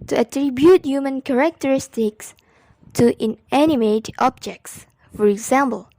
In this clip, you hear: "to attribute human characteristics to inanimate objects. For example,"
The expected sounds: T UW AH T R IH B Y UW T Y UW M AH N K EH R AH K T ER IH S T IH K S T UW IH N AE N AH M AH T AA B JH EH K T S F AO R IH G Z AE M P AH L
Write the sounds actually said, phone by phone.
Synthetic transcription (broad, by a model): T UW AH T R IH B Y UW T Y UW M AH N K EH R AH K T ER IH S T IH K S T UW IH N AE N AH M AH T AA B JH EH K T S F AO R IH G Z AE M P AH L